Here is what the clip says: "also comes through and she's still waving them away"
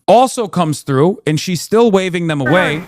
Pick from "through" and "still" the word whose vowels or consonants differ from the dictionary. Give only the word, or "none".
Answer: none